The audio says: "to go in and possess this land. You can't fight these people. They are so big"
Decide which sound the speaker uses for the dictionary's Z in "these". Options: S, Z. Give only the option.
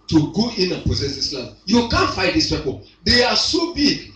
S